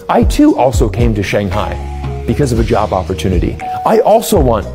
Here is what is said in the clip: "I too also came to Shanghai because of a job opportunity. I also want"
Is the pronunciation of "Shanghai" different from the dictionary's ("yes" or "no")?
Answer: no